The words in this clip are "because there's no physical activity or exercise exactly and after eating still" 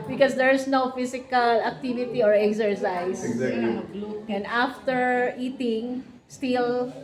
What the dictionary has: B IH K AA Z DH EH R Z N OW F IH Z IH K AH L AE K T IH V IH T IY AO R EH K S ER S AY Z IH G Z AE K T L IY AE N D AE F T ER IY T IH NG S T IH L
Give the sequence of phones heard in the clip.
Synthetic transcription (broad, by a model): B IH K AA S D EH R S N OW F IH S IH K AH L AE K T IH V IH T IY AO R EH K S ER S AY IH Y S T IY N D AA F T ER IY T IH NG S T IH L